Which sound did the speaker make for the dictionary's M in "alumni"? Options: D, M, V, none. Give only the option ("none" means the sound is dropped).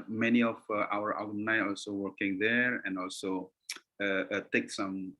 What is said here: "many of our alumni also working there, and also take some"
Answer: none